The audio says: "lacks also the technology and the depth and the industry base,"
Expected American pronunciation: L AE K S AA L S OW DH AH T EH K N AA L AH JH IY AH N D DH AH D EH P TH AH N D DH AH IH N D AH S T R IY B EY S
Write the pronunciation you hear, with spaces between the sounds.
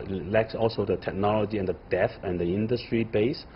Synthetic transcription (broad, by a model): L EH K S AA L S OW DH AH T EH K N AA L AH JH IY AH N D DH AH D EH TH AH N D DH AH IH N D AH S T R IY B EY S